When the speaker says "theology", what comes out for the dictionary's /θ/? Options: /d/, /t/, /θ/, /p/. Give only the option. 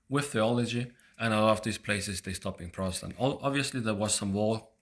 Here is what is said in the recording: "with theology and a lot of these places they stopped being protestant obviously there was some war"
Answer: /θ/